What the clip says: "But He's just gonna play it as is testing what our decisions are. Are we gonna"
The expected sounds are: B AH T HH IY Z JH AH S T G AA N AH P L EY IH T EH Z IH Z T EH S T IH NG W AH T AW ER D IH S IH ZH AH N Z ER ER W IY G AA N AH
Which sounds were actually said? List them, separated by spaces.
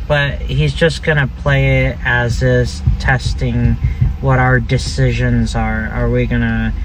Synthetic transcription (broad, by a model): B AH T HH IY Z JH AH S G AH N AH P L EY IH T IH Z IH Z T EH S T IH NG W AH T AW ER D IH S IH ZH AH N Z ER ER W IY G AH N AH